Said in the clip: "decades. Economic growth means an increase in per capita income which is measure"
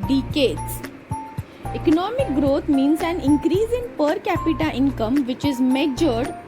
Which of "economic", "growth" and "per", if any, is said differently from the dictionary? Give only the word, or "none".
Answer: growth